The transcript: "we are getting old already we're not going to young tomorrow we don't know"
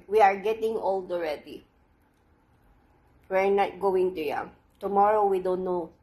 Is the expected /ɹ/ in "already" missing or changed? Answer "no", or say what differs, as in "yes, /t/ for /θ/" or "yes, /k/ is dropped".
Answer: no